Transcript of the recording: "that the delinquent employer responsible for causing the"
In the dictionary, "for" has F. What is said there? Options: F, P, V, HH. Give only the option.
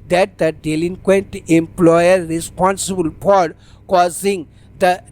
P